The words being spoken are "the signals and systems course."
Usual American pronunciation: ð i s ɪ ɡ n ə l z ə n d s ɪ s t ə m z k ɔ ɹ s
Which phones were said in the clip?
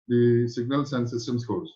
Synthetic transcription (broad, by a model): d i s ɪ ɡ n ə l s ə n s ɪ s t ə m s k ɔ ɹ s